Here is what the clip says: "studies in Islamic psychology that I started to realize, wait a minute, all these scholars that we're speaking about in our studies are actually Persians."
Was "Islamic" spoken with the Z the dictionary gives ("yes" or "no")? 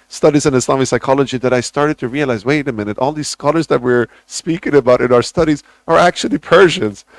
no